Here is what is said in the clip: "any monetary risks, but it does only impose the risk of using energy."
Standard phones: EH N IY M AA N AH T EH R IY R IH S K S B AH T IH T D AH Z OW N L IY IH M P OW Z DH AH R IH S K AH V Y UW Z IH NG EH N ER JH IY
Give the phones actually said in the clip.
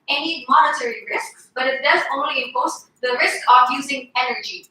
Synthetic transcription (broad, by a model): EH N IY M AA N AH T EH R IY R IH S K S B AH T IH T D AH Z OW N L IY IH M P OW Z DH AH R IH S K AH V Y UW Z IH NG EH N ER JH IY